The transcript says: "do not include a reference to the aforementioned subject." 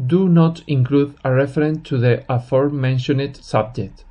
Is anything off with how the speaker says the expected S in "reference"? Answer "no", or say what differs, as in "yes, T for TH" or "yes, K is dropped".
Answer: yes, S is dropped